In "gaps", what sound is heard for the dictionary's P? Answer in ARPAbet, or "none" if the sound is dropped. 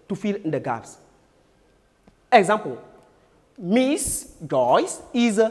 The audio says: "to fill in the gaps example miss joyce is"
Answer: F